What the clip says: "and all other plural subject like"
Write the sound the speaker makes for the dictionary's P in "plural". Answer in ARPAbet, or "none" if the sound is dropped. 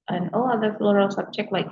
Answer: F